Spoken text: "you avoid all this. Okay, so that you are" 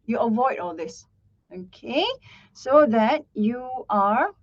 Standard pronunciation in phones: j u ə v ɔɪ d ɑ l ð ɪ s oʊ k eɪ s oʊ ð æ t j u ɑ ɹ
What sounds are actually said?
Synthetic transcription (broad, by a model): j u ə v ɔɪ d ɑ l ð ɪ s oʊ k eɪ s oʊ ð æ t j u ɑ ɹ